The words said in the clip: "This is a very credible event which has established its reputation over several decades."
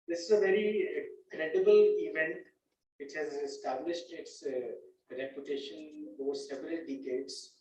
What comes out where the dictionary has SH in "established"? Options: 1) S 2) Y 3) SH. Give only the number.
3